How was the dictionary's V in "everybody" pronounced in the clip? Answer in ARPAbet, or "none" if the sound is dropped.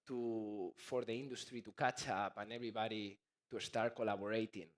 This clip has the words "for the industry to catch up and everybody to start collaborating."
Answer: B